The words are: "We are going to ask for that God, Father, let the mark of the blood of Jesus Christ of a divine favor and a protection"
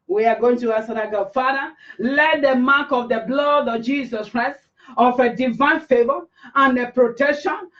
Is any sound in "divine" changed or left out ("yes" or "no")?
no